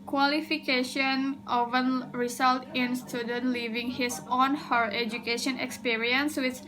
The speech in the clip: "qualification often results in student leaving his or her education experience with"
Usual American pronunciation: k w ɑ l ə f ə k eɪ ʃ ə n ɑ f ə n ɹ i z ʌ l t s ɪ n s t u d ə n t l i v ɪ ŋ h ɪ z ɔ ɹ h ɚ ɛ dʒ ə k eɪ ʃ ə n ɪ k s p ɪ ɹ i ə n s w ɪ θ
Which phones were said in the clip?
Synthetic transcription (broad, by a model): k w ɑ l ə f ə k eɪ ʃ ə n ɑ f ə n ɹ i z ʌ l t ɪ n s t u d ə n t l i v ɪ ŋ h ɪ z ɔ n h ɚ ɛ dʒ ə k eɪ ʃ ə n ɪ k s p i ɹ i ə n s w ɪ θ